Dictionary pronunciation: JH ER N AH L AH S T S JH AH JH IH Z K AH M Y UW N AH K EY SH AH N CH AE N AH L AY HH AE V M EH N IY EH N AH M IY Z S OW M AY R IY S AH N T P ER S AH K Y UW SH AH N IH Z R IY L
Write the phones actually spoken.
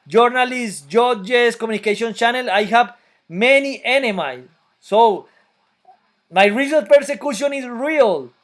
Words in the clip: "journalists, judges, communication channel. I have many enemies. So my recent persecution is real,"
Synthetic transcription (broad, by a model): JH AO N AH L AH S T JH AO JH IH S K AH M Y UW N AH K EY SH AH N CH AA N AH L AY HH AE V M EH N IY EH N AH M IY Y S OW M AY R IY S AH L P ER S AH K Y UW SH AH N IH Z R IY L